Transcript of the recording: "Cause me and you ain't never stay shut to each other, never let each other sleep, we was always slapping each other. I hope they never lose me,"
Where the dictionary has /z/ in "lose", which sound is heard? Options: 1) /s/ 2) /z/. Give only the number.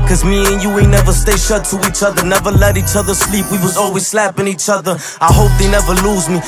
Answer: 2